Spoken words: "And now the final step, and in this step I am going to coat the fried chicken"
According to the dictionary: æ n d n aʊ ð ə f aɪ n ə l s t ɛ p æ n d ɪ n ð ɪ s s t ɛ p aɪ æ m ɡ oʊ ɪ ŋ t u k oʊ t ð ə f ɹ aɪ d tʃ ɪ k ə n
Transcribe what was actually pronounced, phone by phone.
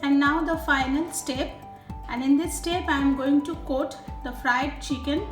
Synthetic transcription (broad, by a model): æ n d n aʊ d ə f aɪ n ə l s t ɛ p æ n d ɪ n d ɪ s s t ɛ p aɪ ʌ m ɡ oʊ ɪ ŋ t u k oʊ t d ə f ɹ aɪ d tʃ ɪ k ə n